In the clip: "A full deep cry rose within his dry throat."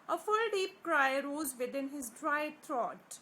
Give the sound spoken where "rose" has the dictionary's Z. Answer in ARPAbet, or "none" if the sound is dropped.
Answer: Z